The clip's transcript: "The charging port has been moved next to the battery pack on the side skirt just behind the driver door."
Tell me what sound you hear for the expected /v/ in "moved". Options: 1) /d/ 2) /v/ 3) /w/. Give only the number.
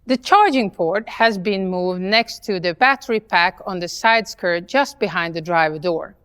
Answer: 2